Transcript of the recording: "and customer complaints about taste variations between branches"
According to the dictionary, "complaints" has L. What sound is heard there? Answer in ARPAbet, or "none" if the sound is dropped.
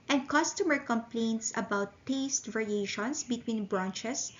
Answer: L